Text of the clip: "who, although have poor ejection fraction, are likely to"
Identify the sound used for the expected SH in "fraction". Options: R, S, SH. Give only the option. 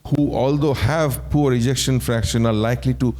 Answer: SH